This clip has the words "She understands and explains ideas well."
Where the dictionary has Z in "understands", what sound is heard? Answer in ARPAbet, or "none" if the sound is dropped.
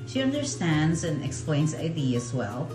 Z